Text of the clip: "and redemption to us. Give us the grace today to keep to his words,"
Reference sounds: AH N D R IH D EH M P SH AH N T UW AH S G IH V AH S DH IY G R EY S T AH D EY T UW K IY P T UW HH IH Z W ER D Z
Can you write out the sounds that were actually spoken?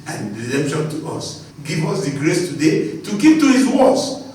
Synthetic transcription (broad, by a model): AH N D R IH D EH M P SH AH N T UW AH S G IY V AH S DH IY G R EY S T AH D EY T UW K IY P T UW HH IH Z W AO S